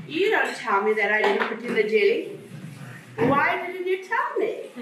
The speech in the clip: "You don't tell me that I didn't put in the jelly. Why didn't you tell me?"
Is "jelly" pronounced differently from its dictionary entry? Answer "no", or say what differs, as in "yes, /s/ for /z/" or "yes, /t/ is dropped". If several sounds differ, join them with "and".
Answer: yes, /l/ is dropped